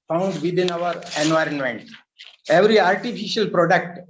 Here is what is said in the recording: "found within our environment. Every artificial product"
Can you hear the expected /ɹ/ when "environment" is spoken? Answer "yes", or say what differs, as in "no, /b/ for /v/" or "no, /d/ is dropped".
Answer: yes